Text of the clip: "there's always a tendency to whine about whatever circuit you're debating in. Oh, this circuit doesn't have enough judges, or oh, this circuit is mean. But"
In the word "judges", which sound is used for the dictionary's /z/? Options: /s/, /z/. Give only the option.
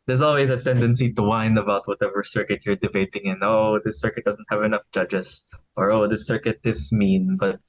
/s/